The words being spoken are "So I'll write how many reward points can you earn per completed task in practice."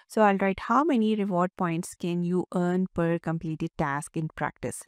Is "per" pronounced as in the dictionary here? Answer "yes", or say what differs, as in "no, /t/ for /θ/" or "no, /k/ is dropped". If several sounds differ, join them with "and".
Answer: yes